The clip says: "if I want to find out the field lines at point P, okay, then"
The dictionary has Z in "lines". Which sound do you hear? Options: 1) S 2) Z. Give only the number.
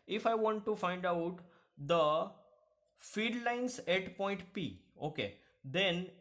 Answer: 1